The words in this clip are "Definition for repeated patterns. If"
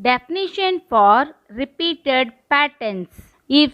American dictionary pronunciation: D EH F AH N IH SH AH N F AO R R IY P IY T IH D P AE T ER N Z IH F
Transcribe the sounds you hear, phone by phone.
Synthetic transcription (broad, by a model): D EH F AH N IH SH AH N F AO R R IY P IY T IH D P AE T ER N S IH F